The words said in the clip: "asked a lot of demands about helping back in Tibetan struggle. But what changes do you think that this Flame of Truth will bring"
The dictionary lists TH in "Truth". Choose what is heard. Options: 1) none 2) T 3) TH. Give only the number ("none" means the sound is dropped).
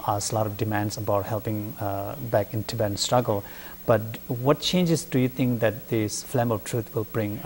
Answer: 2